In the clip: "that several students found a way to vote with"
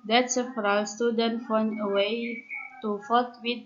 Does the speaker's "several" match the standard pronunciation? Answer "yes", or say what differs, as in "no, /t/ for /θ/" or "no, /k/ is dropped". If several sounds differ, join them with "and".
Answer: no, /f/ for /v/